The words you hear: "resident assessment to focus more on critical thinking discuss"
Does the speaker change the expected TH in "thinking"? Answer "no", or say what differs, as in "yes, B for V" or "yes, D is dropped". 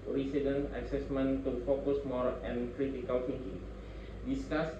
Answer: yes, F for TH